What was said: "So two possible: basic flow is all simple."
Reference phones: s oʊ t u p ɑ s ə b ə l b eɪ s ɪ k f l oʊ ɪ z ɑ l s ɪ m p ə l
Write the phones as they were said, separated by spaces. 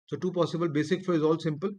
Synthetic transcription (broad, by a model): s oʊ t u p ɑ s ə b ə l b eɪ s ɪ k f oʊ ɪ z ɑ l s ɪ m p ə l